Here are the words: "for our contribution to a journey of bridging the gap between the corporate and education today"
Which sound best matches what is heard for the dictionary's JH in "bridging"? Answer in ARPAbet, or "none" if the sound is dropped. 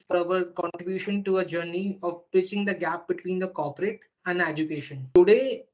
CH